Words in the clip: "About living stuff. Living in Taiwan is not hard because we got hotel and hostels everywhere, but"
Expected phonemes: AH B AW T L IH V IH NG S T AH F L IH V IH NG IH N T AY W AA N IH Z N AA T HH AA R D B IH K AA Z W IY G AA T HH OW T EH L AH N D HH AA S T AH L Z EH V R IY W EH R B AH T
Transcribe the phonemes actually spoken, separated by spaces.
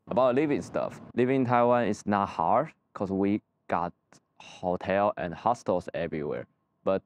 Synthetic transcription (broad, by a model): AH B AW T L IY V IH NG S T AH F L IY V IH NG T AY W AA N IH S N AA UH HH AA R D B K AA S W IY G AA T HH OW T EH L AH N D HH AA S T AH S EH V R IY W EH R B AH T